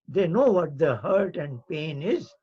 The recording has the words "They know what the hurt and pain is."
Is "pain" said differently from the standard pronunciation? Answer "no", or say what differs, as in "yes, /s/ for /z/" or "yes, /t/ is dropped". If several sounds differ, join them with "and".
no